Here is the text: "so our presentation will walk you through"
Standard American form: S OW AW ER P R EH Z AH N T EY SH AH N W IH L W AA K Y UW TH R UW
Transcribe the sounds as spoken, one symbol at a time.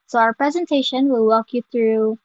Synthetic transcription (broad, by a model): S OW AW ER P R EH Z AH N T EY SH AH N W IH L W AA K Y UW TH R UW